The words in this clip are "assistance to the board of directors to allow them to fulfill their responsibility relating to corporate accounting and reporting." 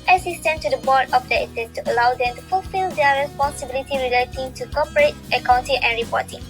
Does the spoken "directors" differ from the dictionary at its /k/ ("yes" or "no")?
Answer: yes